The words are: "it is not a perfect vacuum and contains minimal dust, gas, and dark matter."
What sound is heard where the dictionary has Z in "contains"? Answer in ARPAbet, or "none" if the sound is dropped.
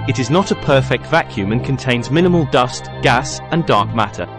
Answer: Z